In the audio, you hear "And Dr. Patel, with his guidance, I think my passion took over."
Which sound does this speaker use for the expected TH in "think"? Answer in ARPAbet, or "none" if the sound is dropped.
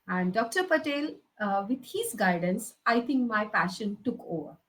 T